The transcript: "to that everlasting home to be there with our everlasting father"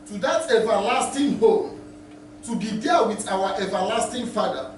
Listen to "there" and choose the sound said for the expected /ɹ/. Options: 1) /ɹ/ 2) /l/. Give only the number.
2